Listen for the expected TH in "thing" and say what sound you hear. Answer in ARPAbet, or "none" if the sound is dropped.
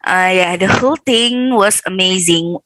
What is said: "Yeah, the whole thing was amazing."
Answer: T